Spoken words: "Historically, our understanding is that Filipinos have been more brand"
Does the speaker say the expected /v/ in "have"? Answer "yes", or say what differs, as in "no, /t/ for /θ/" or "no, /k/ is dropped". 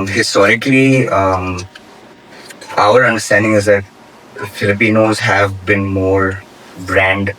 yes